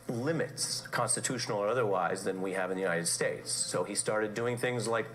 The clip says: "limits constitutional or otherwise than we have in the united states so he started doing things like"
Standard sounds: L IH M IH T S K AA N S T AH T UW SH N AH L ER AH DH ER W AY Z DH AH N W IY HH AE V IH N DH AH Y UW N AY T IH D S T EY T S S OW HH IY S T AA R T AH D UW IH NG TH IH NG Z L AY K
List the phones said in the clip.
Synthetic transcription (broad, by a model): L IH M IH T S K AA N S T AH T UW SH N L ER AH DH ER W AY Z DH AH N W IY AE V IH N DH AH Y UW N AY T IH D S T EY T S S OW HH IY S T AA R T AH D UW IH NG TH IH NG Z L AY K